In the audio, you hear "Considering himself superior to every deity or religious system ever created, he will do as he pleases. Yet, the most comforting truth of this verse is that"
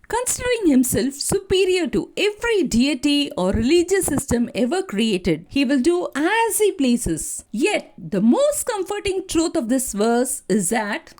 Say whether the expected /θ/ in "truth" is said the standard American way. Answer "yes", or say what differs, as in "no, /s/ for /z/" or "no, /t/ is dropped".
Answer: no, /t/ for /θ/